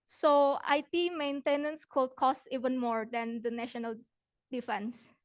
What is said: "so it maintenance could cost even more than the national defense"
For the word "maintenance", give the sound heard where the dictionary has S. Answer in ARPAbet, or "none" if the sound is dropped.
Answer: S